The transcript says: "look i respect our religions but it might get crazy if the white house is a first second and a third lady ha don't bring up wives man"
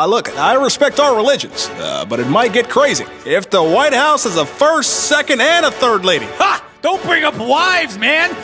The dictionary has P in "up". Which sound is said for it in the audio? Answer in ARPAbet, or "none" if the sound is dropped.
P